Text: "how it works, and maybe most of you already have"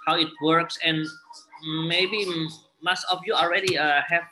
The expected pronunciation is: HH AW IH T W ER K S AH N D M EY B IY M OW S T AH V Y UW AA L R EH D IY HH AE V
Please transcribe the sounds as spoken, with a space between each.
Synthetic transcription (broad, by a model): HH AW IH T W ER K S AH N M EY B IY M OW S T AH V Y UW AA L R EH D IY HH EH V